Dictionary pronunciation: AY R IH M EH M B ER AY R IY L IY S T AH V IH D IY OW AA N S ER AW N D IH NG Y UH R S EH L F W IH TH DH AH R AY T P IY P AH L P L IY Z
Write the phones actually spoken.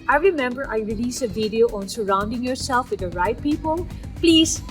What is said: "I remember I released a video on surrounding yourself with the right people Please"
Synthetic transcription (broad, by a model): AY R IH M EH M B ER AY R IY L IY S AH V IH D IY OW AA N S ER AW N D IH NG Y UH R S EH L F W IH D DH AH R AY T P IY P AH L P L IY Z